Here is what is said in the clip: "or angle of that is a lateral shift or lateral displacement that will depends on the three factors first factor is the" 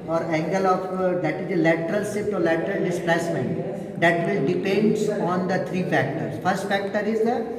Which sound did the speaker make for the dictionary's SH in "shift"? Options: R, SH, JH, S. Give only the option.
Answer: S